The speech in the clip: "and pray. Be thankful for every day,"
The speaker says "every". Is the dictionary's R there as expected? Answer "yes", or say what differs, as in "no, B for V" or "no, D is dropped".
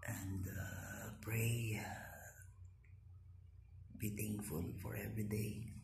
yes